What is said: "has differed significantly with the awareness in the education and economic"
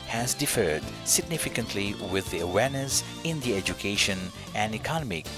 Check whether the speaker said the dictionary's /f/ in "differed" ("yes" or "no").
yes